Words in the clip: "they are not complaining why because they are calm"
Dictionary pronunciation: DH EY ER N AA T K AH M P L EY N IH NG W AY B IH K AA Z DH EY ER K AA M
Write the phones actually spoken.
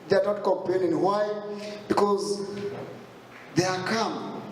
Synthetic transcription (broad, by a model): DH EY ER N AA T K AH M P L EY N IH NG W AY B IH K AA Z DH EY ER K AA M